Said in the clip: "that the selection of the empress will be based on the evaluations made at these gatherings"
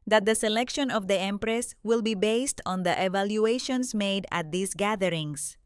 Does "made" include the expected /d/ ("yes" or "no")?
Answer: yes